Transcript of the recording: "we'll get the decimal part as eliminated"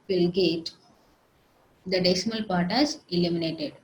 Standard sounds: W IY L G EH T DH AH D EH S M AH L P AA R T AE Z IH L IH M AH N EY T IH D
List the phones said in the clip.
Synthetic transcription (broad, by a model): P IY L G EH T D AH D EH S M AH L P AA R T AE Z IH L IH M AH N EY T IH D